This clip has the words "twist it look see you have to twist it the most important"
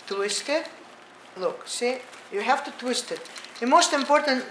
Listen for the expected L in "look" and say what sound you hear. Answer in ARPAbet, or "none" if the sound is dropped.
L